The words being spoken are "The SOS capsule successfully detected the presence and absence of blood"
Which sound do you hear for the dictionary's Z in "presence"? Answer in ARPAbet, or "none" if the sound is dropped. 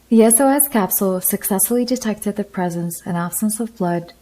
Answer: Z